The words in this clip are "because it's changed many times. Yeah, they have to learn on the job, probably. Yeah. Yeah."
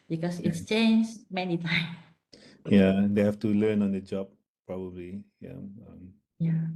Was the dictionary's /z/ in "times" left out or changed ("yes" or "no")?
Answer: yes